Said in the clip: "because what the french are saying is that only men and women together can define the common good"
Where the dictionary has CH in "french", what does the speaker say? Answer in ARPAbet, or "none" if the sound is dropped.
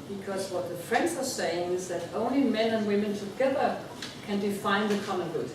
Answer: S